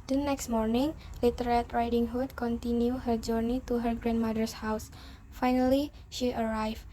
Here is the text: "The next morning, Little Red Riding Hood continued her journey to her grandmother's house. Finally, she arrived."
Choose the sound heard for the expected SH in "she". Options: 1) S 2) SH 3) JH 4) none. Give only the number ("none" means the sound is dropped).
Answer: 2